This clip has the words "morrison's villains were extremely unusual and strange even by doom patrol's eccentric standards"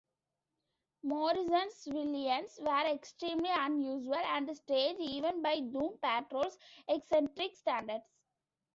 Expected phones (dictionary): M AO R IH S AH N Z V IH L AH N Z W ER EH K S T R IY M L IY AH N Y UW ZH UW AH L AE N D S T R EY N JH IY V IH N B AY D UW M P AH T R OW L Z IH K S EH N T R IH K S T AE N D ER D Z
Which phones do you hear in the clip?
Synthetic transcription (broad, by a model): M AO R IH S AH N S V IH L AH N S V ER EH K S T R IY M L IY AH N Y UW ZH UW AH L AE N D S T EY JH IY V IH N B AY D UW M P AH T R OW L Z IH K S EH N T R IH K S T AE N D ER D S